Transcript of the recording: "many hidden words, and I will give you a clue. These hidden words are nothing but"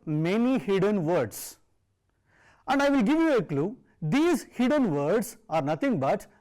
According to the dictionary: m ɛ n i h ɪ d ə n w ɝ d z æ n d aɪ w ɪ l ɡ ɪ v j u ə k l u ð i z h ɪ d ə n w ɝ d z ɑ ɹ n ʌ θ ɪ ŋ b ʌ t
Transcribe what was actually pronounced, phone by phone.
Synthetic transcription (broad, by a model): m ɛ n i h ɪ d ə n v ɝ d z æ n d aɪ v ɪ l ɡ ɪ v j u ə k l u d i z h ɪ d ə n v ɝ d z ɑ ɹ n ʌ t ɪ ŋ b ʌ t